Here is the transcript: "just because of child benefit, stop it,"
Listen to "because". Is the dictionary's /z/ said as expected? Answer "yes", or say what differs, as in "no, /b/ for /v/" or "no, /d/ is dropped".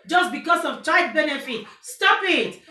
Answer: no, /s/ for /z/